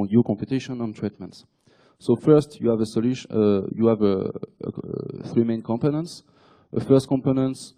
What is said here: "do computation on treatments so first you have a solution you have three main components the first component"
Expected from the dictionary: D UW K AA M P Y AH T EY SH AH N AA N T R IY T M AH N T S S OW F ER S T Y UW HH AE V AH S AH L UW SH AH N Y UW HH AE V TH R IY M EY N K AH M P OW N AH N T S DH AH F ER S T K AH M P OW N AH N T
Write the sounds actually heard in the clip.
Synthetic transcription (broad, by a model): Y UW K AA M P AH T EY SH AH N AA N T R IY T M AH N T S S OW F ER S T Y UW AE V AH S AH L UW SH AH Y UW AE V TH R IY M EY N K AH M P OW N AH N T S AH F ER S T K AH M P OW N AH N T